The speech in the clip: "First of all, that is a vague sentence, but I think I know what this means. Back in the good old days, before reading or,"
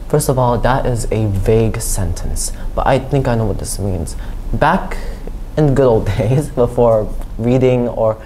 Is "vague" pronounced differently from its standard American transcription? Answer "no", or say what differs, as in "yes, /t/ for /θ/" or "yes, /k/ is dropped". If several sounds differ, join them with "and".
no